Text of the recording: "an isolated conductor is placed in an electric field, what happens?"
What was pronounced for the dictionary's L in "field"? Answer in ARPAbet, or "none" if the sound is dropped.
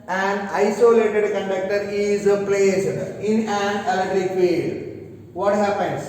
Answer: none